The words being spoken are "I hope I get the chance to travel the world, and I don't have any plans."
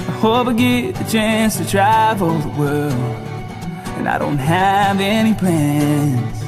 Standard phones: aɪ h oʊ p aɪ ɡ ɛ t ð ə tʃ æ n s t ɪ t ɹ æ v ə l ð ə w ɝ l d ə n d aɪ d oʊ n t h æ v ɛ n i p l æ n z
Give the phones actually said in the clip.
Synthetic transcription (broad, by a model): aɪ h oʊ b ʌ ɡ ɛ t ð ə tʃ æ n s t ɪ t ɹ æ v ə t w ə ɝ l ə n aɪ d oʊ n t h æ v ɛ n i p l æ n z